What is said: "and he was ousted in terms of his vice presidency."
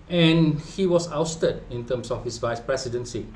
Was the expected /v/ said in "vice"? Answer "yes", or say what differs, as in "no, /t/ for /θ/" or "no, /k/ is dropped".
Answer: yes